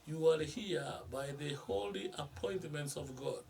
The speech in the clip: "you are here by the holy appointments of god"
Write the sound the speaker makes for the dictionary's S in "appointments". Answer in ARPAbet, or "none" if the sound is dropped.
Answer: S